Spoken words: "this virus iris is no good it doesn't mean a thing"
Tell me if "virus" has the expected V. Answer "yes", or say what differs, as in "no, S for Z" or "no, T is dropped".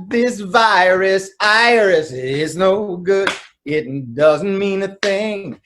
yes